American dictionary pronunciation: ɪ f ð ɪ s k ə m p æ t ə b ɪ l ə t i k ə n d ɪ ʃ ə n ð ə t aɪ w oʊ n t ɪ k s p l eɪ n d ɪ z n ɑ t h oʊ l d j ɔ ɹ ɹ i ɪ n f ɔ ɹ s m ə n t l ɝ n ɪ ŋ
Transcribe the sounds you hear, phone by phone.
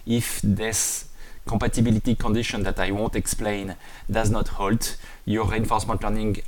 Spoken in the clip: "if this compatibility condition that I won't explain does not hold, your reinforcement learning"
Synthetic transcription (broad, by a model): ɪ f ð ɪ s k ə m p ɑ t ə b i l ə t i k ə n d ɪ ʃ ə n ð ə t aɪ w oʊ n t ɪ k s p l eɪ n d ɪ z n ɑ t h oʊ l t j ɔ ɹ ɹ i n f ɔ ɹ s m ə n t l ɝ n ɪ ŋ